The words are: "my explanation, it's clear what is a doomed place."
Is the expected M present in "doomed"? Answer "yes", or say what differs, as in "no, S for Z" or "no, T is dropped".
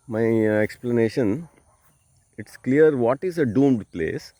yes